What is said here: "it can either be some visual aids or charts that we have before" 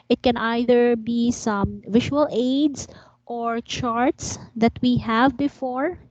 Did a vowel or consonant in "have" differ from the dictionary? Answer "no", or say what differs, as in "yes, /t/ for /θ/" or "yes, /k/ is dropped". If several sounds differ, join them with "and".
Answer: no